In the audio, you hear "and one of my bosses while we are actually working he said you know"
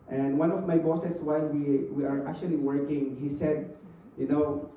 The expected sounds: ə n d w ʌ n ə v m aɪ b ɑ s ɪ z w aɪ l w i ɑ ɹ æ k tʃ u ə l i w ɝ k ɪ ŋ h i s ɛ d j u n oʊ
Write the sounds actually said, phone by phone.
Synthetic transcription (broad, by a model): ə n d w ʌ n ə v m aɪ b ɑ s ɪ s w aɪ n w i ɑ ɹ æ k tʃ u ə l i w ɝ k ɪ ŋ h i s ɛ d j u n oʊ